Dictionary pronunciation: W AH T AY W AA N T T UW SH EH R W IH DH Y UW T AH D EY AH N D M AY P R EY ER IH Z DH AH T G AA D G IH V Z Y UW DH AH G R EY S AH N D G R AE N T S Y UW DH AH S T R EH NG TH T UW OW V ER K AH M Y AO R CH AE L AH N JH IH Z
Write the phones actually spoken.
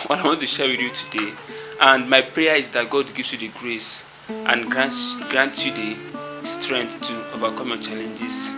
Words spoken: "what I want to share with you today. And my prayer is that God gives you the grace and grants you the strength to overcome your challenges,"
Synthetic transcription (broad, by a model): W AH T AY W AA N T T UW SH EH W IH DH Y UW T AH D EY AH N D M AY P R EY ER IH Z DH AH T G AA D G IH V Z Y UW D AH G R EY S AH N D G R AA N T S Y UW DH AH S T R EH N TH T UW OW V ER K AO M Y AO CH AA L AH N JH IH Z